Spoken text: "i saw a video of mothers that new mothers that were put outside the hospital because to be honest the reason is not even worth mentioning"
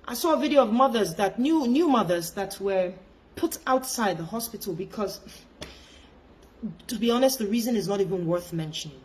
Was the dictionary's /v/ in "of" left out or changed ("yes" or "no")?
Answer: no